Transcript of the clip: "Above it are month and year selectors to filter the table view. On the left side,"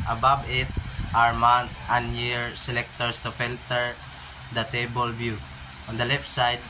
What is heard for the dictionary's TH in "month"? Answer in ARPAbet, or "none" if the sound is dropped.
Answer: T